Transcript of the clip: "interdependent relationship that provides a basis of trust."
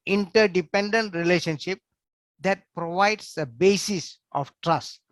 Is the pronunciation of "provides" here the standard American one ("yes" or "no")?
no